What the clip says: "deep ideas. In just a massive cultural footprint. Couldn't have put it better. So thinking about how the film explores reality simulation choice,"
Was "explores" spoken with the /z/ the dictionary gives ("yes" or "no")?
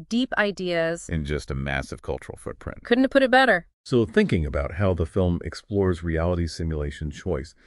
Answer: yes